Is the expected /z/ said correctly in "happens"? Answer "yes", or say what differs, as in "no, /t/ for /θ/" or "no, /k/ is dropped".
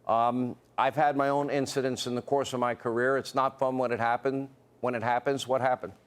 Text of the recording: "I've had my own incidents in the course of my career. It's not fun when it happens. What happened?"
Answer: yes